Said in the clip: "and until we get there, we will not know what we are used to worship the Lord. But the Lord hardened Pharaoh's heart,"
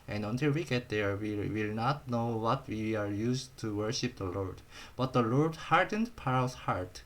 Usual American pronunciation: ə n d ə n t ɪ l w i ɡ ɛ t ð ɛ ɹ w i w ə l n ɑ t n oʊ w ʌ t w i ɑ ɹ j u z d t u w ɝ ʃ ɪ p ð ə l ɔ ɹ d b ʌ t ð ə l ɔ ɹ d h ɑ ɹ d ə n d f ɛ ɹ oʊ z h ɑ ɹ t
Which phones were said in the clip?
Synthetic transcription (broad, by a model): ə n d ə n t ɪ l w i ɡ ɛ t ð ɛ ɹ w i w ə l n ɑ t n oʊ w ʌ t w i ɑ ɹ j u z t u w ɝ ʃ ɪ p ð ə l ɔ ɹ d b ʌ t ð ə l ɔ ɹ d h ɑ ɹ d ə n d p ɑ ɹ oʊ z h ɑ ɹ t